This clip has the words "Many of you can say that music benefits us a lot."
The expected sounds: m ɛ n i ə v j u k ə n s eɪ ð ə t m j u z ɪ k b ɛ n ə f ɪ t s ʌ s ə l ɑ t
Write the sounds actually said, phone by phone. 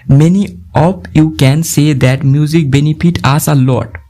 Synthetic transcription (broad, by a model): m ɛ n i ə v j u k ə n s eɪ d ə t m j u z ɪ k b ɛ n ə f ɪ t ɑ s ə l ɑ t